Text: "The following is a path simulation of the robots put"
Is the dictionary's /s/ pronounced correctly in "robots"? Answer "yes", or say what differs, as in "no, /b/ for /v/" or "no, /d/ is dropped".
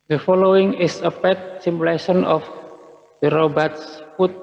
yes